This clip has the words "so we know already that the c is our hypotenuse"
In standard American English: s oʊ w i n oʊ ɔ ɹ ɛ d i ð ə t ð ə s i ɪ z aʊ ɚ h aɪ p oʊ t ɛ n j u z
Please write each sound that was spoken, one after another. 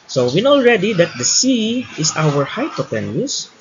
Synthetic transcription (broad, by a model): s oʊ w i n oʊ ɔ ɹ ɛ d i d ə t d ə s i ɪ s aʊ ɚ h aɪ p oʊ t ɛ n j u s